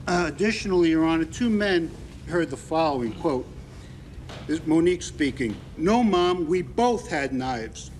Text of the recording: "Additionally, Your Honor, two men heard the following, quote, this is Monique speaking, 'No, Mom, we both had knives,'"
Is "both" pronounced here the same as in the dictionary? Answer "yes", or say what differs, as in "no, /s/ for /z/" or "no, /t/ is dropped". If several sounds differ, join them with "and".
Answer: yes